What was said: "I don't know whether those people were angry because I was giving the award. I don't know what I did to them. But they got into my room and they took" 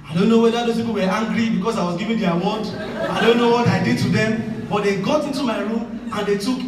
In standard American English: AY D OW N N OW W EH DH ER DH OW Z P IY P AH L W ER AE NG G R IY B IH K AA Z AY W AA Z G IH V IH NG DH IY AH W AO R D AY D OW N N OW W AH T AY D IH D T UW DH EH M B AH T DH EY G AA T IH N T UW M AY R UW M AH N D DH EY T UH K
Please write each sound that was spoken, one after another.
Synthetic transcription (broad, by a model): AY D OW N N OW W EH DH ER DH OW S P IY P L W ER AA NG G R IY B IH K AA S AY W AA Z G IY V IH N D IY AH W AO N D AY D OW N N OW W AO T AY D IH D T UW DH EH M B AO T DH EY G AA T IH N T UW M AY R UW M AH N D EY T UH K